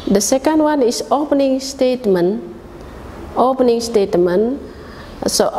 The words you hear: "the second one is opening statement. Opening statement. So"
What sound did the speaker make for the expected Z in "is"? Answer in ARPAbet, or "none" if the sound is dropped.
S